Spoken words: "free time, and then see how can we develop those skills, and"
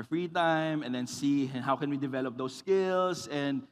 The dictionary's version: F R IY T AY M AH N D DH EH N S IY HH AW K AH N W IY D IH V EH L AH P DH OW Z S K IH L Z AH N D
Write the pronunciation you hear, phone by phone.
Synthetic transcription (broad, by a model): F R IY T AY M AH N D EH N S IY HH AW K AH N W IY D IH V EH L AH P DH OW S K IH L S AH N D